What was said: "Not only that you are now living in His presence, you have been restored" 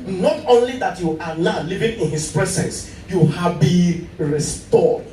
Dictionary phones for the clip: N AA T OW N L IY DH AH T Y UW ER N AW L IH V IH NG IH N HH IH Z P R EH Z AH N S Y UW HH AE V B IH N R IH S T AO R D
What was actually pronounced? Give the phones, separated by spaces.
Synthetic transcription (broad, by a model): N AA T OW N L IY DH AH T Y UW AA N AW L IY V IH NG IH N HH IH S P R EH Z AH N S Y UW HH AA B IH R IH S T AO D